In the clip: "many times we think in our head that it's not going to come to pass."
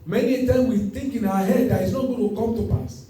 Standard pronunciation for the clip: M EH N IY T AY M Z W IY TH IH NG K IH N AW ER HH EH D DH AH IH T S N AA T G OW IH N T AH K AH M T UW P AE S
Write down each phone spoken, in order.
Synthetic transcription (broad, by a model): M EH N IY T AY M W IY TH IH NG K IH N AW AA HH EH D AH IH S N AA T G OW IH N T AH K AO M T UW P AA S